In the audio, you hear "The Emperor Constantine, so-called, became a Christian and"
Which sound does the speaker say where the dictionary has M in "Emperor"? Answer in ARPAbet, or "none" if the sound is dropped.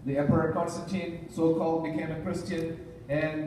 none